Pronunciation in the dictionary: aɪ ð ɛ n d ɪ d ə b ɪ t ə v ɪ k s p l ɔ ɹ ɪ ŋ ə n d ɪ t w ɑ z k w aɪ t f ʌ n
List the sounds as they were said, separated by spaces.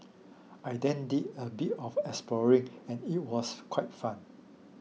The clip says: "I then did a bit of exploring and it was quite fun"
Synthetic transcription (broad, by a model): aɪ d ɛ n d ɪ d ə b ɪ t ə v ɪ s p l ɔ ɹ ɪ ŋ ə n ɪ t w ɑ s k w aɪ t f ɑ n